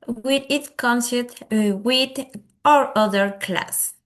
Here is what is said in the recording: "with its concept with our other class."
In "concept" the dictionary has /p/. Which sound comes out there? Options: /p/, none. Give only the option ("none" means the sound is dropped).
none